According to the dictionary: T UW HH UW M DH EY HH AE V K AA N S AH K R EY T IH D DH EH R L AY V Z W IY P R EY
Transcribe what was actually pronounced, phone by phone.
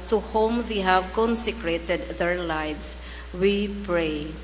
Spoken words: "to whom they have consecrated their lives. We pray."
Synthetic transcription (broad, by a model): T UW HH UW M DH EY HH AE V K AA N S AH K R EY T IH D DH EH R L AY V S W IY P R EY